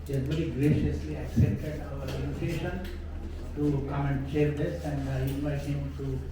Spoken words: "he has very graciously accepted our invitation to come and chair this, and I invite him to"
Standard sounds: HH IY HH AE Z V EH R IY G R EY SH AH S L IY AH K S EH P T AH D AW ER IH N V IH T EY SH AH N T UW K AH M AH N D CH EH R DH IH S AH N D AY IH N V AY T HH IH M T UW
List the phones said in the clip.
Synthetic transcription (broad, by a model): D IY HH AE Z V EH R IY G R EY SH AH S L IY AH K S EH P T AH D AW ER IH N IH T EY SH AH N T UW K AH M AH N D CH EH R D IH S AH N D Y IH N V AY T HH IH M T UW